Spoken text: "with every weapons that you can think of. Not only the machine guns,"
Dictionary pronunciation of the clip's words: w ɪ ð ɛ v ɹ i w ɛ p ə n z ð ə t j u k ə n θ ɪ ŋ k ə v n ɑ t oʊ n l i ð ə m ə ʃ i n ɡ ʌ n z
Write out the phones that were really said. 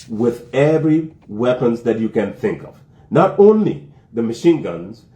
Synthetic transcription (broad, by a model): w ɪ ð ɛ v ɹ i w ɛ p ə n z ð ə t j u k ə n θ ɪ ŋ k ə v n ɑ t oʊ n l i ð ə m ə ʃ i n ɡ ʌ n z